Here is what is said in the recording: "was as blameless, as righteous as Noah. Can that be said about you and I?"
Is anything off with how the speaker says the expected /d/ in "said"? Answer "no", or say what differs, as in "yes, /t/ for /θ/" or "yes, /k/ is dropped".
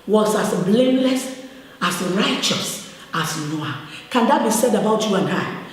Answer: no